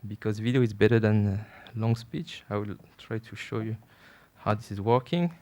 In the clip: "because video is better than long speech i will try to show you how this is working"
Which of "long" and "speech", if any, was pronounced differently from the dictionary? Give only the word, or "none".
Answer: none